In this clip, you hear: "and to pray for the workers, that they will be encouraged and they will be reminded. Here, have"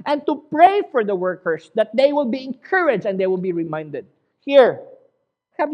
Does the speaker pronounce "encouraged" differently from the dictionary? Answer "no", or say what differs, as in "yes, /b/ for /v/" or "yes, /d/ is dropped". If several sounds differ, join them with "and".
yes, /d/ is dropped